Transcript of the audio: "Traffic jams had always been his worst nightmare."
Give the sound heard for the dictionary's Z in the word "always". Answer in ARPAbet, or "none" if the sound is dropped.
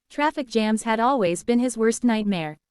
Z